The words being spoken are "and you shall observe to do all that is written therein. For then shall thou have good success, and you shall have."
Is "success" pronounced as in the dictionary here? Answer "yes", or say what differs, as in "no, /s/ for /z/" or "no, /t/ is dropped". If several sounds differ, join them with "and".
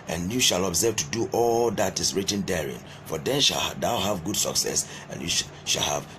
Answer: yes